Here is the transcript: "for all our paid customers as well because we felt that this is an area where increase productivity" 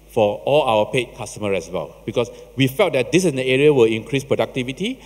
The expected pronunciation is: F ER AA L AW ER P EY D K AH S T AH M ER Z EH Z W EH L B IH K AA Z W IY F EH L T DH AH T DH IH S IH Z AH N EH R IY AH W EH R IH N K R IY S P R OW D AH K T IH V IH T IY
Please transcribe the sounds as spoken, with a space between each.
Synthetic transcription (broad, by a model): F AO AA L AW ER P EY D K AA S T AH M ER EH S W EH L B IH K AA S W IY F EH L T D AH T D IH S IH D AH EH R IY AH W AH L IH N K R IY S P R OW D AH K T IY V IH T IY